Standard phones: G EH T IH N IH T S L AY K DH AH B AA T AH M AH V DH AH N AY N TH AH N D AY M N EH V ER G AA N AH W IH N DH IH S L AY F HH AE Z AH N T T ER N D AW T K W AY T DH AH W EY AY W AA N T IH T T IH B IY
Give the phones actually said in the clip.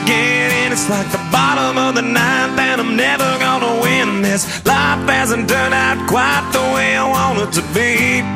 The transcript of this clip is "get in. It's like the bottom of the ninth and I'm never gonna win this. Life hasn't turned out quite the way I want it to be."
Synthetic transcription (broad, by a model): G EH T IH N IH T S L AY K DH AH B AA T AH M AH V DH AH N AY N TH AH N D AY M N EH V ER G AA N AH W IH N DH IH S L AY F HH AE Z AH N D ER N AW T K W AY T DH AH W EY AY W AA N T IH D T IH B IY